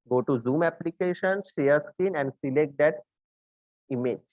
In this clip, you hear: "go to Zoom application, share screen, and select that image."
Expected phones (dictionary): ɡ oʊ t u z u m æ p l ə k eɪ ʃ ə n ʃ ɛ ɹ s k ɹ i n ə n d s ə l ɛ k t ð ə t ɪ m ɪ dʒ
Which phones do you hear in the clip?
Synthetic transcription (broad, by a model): ɡ oʊ t u z u m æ p l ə k eɪ ʃ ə n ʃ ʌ ɹ s k i n ə n d s ə l ɛ k t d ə t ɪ m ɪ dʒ